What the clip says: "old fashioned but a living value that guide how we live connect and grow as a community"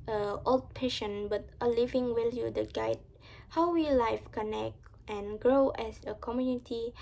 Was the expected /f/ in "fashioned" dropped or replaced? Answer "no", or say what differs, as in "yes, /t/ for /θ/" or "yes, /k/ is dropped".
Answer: yes, /p/ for /f/